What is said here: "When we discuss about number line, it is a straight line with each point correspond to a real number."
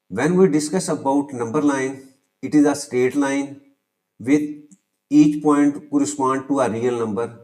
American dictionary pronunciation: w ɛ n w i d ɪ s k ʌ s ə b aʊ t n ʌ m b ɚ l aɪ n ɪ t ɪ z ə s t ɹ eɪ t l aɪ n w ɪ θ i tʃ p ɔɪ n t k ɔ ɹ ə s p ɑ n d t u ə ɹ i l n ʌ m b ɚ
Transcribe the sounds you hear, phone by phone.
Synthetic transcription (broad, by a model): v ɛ n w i d ɪ s k ʌ s ə b aʊ t n ʌ m b ɚ l aɪ n ɪ t ɪ z ə s t eɪ t l aɪ n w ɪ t i tʃ p ɔɪ n t k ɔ ɹ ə s p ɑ n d t u ə ɹ i l n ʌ m b ɚ